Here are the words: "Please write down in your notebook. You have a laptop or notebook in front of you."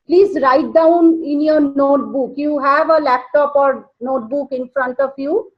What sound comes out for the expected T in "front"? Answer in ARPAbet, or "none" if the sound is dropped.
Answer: T